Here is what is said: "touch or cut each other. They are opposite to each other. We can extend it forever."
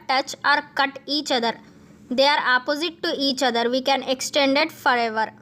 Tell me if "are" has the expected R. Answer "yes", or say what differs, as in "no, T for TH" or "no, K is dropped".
yes